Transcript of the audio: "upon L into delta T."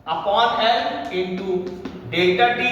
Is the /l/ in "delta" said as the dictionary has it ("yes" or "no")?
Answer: no